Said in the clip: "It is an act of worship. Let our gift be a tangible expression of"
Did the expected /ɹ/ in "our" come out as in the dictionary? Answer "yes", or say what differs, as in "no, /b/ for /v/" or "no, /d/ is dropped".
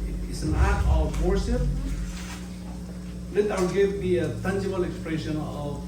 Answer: no, /l/ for /ɹ/